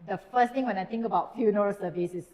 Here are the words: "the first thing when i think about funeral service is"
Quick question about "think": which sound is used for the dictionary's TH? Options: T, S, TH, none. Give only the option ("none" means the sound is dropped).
T